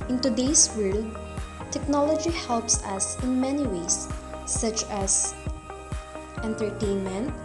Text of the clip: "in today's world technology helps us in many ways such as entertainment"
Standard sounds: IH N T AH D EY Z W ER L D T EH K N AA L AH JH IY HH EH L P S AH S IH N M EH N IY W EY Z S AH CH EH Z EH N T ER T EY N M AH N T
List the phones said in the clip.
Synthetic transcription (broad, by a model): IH N T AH D EY S W ER L D T EH K N AA L AH JH IY HH EH L P S AH S IH N M EH N IY W EY S AH CH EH S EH N T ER T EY N M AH N T